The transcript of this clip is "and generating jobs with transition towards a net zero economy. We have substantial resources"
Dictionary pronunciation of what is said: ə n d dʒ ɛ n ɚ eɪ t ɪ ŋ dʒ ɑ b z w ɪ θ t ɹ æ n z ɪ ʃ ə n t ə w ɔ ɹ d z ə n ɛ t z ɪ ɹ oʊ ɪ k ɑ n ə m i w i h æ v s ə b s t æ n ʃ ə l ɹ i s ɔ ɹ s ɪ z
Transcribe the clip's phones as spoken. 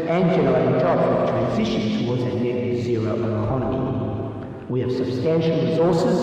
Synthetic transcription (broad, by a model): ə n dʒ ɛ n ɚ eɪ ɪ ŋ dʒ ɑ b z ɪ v t ɹ æ n z ɪ ʃ ə n t ə w ɔ ɹ d z ə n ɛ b z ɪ ɹ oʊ ɪ k ɑ n ə m i w i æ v s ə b s t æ n ʃ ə l ɹ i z ɔ ɹ s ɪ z